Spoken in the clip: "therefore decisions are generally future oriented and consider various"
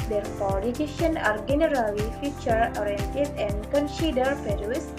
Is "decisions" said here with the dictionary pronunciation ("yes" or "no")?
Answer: no